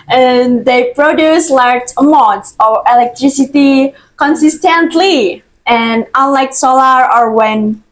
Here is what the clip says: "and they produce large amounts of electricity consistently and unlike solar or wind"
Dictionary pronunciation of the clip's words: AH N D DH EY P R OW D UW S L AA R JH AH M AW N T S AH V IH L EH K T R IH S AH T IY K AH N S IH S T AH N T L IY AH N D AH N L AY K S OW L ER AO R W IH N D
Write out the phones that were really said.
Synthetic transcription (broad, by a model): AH N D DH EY P R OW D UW S L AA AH M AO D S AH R IH L EH K T R IH S AH T IY K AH N S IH S T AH N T L IY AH N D AH N L AY K S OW L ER AO R W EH N